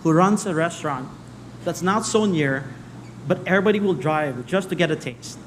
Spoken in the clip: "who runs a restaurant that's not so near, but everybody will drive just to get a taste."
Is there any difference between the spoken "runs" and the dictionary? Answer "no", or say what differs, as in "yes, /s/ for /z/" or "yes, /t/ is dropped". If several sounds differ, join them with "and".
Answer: yes, /s/ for /z/